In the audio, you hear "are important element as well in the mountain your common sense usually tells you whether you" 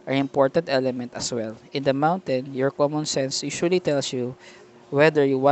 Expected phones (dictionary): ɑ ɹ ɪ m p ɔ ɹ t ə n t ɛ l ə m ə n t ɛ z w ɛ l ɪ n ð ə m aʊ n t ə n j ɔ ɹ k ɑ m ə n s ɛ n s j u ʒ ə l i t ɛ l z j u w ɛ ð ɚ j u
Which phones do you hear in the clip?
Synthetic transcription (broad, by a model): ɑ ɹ ɪ m p ɔ ɹ t ə n t ɛ l ə m ə n t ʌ s w ɛ l ɪ n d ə m aʊ n t ə n j ɔ ɹ k ɑ m ə n s ɛ n s j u ʃ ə l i t ɛ l s j u w ɛ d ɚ j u